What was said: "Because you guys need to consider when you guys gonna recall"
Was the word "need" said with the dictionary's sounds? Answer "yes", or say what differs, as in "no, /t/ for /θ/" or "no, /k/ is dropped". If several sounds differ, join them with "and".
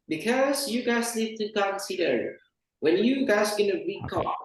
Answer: no, /l/ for /n/